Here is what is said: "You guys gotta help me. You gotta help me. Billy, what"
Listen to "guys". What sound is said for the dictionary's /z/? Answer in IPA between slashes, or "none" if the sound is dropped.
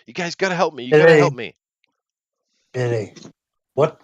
/z/